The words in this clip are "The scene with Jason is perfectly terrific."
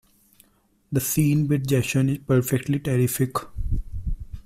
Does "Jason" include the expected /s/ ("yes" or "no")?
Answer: no